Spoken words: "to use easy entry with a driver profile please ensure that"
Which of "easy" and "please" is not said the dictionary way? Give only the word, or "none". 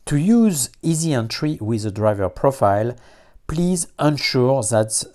none